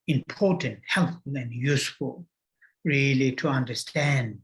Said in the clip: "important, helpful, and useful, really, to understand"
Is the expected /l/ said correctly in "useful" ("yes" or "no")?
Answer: yes